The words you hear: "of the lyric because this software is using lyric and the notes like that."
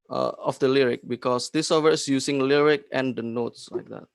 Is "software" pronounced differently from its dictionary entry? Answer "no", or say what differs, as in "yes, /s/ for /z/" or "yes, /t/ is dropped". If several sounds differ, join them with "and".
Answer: yes, /f/ is dropped